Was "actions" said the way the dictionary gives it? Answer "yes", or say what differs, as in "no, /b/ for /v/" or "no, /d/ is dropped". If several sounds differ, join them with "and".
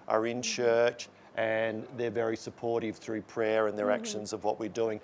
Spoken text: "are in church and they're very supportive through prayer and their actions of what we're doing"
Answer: yes